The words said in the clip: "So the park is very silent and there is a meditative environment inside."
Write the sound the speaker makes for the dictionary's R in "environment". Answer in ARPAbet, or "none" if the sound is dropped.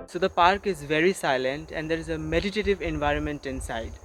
R